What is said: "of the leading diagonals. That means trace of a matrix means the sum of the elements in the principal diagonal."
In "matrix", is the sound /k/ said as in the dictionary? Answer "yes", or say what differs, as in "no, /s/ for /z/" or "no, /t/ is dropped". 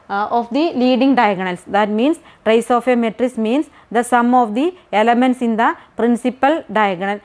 no, /k/ is dropped